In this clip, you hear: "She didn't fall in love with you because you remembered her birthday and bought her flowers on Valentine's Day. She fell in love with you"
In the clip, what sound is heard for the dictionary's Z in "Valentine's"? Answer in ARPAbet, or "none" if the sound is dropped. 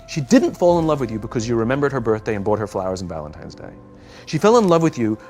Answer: Z